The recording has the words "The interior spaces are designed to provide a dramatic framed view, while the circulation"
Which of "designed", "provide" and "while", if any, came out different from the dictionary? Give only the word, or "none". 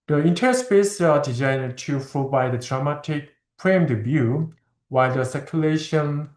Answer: provide